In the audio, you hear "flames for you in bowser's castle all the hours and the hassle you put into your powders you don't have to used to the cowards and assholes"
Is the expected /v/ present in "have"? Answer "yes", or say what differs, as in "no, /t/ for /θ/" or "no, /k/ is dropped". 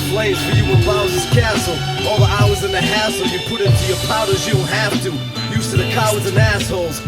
no, /f/ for /v/